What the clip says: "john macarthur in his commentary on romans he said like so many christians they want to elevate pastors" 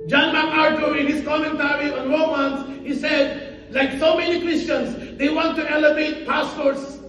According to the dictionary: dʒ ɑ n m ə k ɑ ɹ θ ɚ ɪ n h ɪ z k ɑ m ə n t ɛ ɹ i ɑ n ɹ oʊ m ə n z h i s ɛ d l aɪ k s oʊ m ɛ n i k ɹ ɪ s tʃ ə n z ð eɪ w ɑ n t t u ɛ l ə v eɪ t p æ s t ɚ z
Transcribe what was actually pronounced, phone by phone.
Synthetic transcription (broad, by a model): dʒ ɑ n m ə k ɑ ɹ t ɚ ɪ n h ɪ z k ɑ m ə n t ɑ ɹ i ɑ n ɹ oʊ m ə n s h i s ɛ d l aɪ k s oʊ m ɛ n i k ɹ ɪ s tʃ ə n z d eɪ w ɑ n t t u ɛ l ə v eɪ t p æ s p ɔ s